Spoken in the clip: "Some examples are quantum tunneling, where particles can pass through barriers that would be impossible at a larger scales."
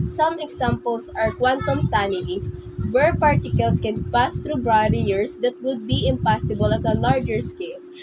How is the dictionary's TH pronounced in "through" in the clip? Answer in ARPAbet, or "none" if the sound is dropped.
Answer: T